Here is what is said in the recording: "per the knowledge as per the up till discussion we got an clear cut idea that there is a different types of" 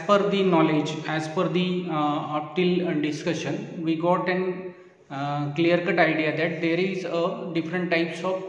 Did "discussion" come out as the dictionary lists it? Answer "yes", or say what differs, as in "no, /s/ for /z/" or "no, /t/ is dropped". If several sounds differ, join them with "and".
yes